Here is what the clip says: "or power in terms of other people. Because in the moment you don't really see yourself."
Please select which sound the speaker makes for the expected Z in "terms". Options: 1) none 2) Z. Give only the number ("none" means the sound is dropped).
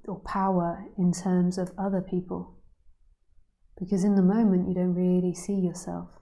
2